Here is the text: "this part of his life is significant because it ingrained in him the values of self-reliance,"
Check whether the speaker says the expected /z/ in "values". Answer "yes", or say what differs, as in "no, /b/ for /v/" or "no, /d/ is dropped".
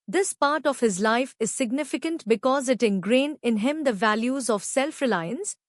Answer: yes